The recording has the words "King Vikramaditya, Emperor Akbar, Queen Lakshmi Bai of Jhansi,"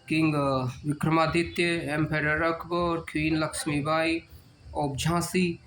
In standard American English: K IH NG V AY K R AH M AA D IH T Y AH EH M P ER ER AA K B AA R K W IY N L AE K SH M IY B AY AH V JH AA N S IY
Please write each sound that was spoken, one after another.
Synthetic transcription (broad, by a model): K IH NG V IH K R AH M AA D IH T Y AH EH M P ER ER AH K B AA R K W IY N L AE K SH M IY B AY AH B JH AA S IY